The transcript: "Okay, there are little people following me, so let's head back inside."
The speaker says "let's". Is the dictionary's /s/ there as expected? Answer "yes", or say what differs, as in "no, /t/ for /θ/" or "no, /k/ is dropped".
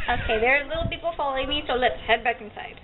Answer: no, /s/ is dropped